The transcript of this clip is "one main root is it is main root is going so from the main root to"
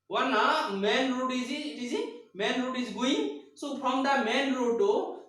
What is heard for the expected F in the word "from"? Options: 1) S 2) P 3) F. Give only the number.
2